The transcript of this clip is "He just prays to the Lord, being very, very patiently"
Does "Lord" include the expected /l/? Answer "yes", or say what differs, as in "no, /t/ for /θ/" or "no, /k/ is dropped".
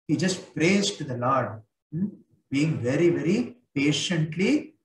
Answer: yes